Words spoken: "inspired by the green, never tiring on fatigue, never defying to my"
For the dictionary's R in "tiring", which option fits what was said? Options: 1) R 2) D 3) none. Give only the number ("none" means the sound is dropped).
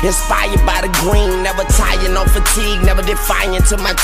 3